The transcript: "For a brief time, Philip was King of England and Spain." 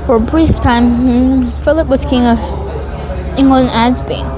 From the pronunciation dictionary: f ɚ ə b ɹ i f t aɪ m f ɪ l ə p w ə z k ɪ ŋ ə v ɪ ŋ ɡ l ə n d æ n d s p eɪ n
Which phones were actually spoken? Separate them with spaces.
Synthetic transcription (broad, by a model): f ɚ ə b ɹ i f t aɪ m f ɪ l ə p w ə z k ɪ ŋ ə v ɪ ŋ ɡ ə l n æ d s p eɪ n